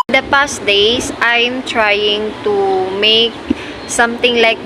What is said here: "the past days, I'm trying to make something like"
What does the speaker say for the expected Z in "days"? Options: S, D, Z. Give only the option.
S